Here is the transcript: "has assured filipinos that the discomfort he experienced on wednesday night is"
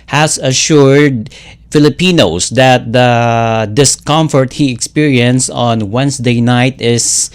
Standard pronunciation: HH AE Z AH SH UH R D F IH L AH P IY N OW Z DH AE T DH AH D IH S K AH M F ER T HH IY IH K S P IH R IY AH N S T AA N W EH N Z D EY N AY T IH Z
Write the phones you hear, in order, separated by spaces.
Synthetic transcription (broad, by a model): HH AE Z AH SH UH R D F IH L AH P IY N OW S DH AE T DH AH D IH S K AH M F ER T HH IY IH K S P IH R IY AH N S AA N W EH N S D EY N AY T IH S